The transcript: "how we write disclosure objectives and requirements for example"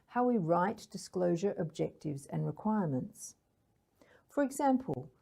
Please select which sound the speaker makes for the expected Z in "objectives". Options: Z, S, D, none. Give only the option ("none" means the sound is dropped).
Z